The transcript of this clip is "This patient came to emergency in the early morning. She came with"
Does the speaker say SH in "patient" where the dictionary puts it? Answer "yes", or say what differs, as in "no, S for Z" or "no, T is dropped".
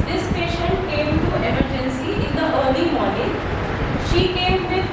yes